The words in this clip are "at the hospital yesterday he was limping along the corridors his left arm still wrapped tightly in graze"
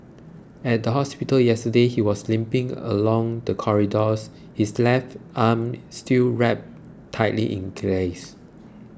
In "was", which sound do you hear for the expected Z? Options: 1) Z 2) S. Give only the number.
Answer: 2